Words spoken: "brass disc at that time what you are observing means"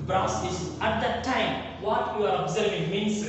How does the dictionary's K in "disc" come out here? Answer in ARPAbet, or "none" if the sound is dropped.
none